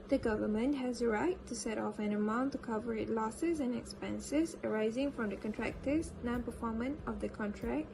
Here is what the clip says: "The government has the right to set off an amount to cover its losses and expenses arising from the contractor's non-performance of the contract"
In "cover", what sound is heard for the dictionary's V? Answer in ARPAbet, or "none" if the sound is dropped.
V